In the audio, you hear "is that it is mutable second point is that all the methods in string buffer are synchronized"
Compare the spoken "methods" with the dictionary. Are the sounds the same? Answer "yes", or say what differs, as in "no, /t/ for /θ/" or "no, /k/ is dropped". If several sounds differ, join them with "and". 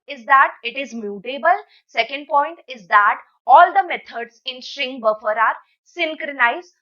no, /t/ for /θ/